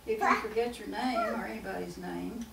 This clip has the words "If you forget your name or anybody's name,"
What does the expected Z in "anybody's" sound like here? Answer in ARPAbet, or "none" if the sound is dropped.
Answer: Z